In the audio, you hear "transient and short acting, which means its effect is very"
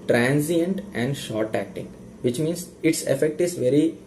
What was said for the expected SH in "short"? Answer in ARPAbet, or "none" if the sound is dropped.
SH